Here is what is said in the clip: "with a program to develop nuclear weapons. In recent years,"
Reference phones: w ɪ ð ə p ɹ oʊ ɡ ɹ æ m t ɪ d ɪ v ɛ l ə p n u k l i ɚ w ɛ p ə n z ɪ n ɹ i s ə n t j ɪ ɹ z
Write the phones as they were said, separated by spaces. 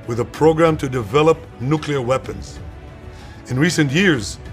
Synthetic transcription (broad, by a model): w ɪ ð ə p ɹ oʊ ɡ ɹ æ m t ɪ d ɪ v ɛ l ə p n u k l i ɚ w ɛ p ə n z ɪ n ɹ i s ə n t j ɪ ɹ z